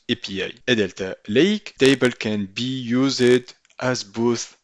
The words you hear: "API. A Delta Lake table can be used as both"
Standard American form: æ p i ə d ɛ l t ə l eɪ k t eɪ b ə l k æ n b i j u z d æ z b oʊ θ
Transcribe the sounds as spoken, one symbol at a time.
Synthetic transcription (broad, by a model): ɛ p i ə d ɛ l t ə l eɪ k t eɪ b ə l k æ n b i j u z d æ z b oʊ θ